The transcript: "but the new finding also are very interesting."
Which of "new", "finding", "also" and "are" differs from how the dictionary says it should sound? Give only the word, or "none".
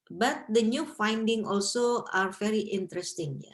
none